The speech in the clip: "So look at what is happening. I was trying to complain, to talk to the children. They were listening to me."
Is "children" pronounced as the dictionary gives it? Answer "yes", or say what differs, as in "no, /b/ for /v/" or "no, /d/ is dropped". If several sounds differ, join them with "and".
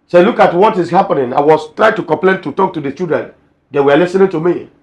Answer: no, /l/ is dropped